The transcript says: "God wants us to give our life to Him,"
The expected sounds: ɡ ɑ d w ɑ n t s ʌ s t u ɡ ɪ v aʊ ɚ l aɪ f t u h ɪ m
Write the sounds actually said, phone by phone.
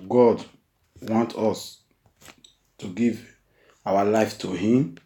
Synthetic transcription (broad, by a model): ɡ ɑ d w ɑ n t ɔ s t u ɡ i v aʊ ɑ l aɪ f t u h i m